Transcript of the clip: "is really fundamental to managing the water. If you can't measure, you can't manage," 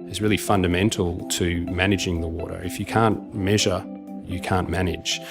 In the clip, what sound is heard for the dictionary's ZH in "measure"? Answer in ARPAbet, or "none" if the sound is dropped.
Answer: ZH